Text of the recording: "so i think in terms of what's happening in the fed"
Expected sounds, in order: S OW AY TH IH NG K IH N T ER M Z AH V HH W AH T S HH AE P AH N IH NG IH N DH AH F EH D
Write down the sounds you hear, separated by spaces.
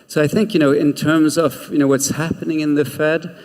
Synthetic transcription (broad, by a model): S OW AY TH IH NG K IH N T ER M Z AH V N W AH T S HH AE P AH N IH NG IH N DH AH F EH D